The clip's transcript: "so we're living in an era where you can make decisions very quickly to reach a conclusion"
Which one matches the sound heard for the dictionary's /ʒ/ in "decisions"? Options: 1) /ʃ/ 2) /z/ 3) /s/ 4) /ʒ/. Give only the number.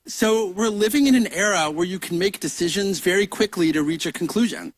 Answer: 4